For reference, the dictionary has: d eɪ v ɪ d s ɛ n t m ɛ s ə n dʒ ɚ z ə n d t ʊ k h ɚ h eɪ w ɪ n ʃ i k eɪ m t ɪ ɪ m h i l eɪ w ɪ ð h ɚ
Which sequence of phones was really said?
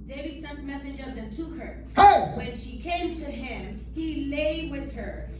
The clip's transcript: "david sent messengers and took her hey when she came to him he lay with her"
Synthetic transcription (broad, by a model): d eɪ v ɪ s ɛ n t m ɛ s ə n dʒ ɚ z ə n t ʊ k h ɚ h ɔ w ɪ n ʃ i k eɪ m t ɪ ɪ m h i l eɪ w ɪ ð ɚ